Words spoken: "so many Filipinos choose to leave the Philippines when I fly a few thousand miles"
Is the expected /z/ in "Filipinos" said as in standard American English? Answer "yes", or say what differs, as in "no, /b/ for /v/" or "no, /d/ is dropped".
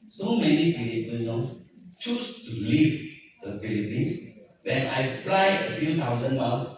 no, /z/ is dropped